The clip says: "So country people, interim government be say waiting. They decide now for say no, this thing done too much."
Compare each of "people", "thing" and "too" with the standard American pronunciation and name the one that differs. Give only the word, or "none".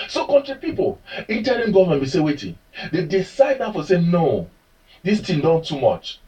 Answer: thing